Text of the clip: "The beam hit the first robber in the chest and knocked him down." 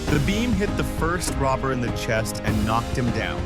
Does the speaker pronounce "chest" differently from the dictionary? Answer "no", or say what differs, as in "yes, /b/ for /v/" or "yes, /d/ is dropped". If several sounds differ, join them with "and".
no